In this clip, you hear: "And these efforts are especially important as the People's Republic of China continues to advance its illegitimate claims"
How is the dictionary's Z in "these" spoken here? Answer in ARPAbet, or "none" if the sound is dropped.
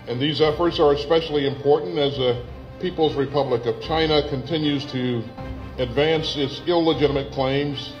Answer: Z